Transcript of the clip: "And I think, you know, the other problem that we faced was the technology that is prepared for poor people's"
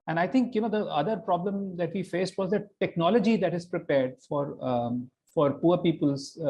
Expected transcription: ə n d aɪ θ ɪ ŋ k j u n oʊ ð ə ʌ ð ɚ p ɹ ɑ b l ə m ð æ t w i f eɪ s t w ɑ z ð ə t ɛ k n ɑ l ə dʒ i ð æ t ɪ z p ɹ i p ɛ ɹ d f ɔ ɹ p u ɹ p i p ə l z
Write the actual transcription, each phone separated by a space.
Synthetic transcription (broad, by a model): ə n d aɪ t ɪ ŋ k j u n oʊ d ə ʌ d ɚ p ɹ ɑ b l ə m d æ t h i f eɪ s t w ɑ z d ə t ɛ k n ɑ l ə dʒ i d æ t ɪ z p ɹ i p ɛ ɹ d f ɔ ɹ p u ɹ p i p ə l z